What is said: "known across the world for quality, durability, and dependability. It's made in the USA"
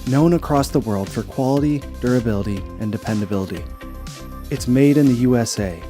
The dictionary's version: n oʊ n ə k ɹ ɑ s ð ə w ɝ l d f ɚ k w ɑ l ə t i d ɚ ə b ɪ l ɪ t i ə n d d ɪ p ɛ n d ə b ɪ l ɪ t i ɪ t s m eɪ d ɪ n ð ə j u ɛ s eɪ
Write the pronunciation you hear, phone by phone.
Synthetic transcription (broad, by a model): n oʊ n ə k ɹ ɑ s ð ə w ɝ l d f ɚ k w ɑ l ə t i d ɚ ə b ɪ l ɪ t i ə n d d ɪ p ɛ n d ə b ɪ l ɪ t i ɪ t s m eɪ d ɪ n ð ə j u ɛ s eɪ